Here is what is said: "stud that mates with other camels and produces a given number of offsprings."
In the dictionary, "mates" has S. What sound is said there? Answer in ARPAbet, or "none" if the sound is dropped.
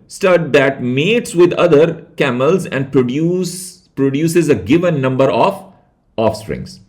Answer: S